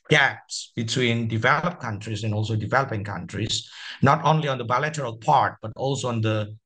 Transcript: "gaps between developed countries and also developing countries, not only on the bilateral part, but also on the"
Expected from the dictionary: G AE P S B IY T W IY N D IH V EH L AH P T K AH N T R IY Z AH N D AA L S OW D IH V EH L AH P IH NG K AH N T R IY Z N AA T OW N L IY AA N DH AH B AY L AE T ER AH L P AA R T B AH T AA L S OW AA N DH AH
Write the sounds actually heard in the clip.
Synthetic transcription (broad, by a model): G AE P S B IY T W IY N D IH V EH L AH P K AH N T R IY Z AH N AA L S OW D IH V EH L AH P IH NG K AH N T R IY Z N AA T OW N L IY AA N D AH B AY L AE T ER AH L P AA R T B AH T AA L S OW AA N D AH